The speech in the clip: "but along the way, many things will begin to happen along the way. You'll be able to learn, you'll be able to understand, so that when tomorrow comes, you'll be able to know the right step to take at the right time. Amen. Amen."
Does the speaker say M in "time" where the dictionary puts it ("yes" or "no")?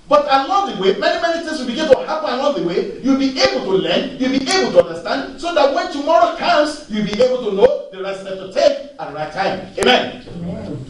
no